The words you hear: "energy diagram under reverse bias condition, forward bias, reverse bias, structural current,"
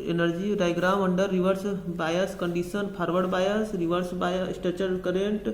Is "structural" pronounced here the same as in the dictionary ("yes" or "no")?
no